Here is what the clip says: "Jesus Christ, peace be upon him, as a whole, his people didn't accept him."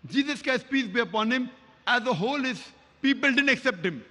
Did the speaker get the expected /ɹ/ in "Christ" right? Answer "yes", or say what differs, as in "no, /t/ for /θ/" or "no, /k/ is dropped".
no, /ɹ/ is dropped